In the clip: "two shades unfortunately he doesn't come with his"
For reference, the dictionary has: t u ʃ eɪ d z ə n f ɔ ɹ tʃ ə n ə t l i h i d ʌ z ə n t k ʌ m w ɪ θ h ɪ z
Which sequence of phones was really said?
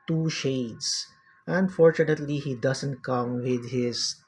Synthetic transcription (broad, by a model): t u ʃ eɪ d s ə n f ɔ ɹ tʃ ə n ə t l i h i d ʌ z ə n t k ʌ m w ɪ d h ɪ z